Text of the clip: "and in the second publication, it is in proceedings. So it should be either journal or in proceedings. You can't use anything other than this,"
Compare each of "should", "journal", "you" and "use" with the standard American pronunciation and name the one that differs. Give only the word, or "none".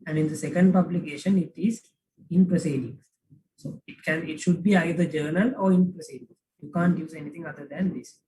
none